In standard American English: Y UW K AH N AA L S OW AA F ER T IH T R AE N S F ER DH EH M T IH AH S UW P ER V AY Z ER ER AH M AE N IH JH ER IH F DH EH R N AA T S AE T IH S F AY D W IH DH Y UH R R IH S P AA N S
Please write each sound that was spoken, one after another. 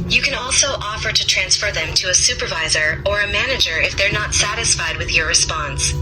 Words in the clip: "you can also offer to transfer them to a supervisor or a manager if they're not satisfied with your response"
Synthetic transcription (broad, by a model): Y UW K AH N AA L S OW AA F ER T IH T R AE N S F ER DH EH M T IH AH S UW P ER V AY Z ER ER AH M AE N IH JH ER IH F DH EH R N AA T S AE T IH S F AY D W IH DH Y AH R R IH S P AA N S